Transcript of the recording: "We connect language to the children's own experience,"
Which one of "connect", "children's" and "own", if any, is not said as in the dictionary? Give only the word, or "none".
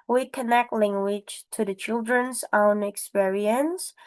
none